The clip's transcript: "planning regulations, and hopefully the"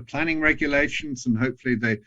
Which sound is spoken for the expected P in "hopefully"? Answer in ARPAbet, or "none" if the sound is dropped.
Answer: P